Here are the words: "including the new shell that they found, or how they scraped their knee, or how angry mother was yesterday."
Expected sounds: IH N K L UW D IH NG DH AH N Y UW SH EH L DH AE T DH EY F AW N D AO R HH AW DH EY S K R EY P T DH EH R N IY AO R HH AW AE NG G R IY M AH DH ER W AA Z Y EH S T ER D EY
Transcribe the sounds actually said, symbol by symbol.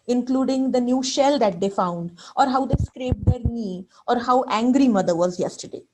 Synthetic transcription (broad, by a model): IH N K L UW D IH NG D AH N Y UW SH EH L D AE T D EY F AW N D AO R HH AW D EY S K R EY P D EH R N IY AO R HH AW AE NG G R IY M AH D ER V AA Z Y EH S T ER D EY